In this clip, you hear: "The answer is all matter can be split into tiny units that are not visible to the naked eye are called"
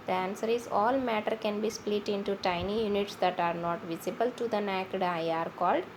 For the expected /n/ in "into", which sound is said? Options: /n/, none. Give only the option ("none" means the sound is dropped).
/n/